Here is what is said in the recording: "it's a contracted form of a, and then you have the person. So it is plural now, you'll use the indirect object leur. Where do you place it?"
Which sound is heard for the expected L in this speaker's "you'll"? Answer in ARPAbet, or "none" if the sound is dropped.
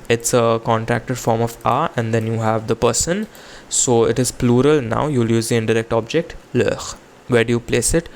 L